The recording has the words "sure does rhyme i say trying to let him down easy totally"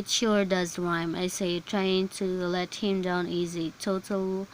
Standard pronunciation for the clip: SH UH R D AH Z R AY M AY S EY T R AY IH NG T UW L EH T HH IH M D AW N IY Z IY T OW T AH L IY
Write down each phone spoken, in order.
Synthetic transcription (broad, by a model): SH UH R D AH Z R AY M AY S EY T R AY IH NG T UW L EH T HH IH M D AW N IY Z IY T OW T L